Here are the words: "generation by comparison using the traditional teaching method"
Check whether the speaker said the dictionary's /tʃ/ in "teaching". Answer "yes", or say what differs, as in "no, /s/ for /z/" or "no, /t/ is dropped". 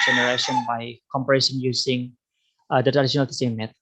no, /s/ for /tʃ/